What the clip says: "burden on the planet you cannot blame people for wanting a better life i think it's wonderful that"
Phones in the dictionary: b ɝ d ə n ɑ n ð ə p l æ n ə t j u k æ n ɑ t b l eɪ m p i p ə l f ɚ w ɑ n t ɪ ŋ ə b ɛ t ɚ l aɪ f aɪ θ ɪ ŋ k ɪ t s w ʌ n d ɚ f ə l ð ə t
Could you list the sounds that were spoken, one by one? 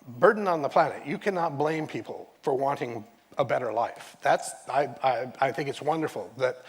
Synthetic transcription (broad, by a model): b ɝ d n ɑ n ð ə p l æ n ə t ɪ k æ n ɑ t b l eɪ m p i p l f ɚ w ɑ n t ɪ ŋ ə b ɛ t ɚ l aɪ f aɪ θ ɪ ŋ k ɪ t s w ʌ n d ɚ f l ð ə t